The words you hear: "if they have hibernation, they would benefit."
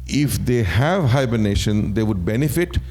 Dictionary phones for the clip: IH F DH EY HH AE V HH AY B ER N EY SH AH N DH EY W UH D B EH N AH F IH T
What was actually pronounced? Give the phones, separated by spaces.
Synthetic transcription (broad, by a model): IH F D EY HH AE V HH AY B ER N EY SH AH N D EY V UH D B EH N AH F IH T